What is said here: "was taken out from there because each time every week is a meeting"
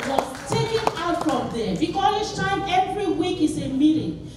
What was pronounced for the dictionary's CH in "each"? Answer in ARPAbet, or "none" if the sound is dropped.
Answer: S